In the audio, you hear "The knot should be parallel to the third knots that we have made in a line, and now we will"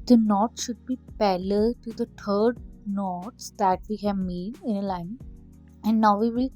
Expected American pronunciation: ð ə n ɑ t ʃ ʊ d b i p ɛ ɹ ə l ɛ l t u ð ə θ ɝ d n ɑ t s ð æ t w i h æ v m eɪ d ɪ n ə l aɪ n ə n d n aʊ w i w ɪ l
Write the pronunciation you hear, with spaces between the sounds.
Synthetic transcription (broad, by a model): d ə n ɑ t ʃ ʊ d b i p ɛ l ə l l t u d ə t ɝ d n ɑ t s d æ t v i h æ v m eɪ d ɪ n ə l aɪ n ə n d n aʊ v i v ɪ l